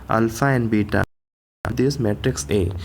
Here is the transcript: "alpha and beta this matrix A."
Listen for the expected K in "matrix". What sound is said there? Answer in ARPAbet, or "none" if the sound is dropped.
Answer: K